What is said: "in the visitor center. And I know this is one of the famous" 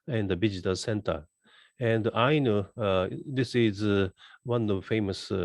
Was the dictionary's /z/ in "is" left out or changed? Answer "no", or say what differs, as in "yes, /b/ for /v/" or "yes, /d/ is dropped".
no